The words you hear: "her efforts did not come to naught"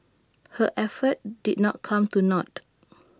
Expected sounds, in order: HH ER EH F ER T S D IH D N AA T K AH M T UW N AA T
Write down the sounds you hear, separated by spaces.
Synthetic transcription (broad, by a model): HH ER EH F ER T D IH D N AA T K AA M T UW N AA T